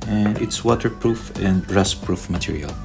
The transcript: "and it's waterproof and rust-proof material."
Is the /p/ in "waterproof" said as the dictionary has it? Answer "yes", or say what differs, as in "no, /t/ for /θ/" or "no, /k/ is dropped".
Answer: yes